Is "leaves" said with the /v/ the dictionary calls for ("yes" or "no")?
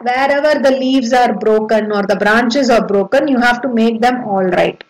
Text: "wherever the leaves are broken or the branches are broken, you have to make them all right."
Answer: yes